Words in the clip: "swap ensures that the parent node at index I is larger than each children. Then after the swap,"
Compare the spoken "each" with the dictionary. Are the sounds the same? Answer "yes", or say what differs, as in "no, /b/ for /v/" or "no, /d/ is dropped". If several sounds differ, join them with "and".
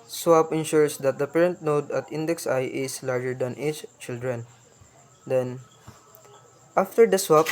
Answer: no, /s/ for /tʃ/